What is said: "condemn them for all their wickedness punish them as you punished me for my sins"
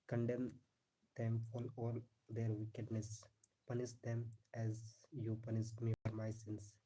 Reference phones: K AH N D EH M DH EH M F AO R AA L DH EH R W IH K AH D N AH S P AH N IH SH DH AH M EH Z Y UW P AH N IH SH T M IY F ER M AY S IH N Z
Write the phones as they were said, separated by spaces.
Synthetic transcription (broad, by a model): K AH N D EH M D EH M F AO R AA L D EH R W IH K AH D N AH S P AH N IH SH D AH M EH Z Y UW P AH N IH S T M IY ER M AY S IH N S